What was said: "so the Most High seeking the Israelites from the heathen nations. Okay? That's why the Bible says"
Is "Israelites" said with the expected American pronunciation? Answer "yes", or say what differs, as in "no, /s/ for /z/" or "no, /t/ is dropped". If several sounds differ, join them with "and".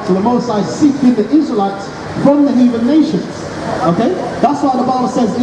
yes